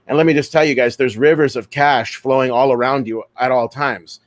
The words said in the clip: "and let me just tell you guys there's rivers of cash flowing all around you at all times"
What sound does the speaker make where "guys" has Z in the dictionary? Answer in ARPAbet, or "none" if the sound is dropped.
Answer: Z